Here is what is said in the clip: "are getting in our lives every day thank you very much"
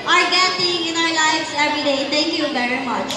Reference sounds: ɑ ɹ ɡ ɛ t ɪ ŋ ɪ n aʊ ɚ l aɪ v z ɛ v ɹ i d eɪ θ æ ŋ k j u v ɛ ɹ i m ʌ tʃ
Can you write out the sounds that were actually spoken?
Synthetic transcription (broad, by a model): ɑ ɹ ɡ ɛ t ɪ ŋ ɪ n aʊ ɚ l aɪ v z ɛ v ɹ i d eɪ t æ ŋ k j u b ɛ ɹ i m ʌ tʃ